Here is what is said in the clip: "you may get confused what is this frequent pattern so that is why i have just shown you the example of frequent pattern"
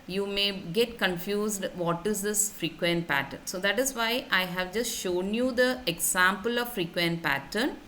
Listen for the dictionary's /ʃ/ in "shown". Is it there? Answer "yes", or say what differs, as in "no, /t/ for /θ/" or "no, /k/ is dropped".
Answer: yes